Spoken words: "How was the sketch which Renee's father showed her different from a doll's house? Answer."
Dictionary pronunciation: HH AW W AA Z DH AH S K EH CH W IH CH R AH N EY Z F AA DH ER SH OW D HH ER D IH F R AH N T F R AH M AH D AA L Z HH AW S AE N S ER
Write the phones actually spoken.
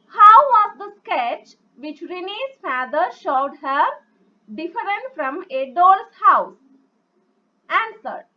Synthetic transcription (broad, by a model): HH AW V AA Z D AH S K EH CH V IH CH R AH N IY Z F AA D ER SH OW D HH ER D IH F R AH N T F R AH M AH D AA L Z HH AW S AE N S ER